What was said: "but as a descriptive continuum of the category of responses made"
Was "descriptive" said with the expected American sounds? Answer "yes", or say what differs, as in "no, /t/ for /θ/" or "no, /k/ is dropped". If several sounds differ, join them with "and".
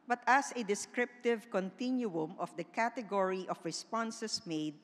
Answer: yes